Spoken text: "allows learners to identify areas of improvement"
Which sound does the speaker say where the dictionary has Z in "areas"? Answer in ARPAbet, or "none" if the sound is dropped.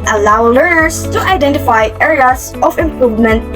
S